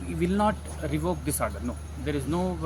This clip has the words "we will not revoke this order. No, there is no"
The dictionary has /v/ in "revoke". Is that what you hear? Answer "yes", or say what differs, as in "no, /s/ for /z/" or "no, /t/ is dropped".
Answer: yes